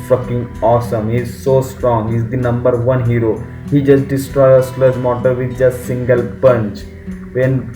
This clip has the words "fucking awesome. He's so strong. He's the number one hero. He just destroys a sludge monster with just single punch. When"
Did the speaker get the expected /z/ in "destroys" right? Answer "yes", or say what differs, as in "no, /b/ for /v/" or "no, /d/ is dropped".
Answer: no, /z/ is dropped